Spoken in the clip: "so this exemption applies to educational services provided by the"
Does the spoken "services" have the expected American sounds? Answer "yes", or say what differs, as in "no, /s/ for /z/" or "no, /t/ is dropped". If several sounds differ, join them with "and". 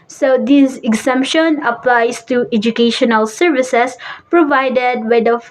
no, /s/ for /z/